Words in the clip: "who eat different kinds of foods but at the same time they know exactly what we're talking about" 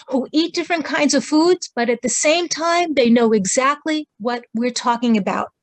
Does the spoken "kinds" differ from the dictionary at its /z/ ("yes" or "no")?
no